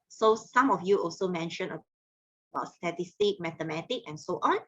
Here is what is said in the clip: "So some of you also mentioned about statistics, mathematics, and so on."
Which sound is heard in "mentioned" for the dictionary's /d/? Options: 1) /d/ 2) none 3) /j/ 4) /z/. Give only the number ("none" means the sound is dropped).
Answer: 2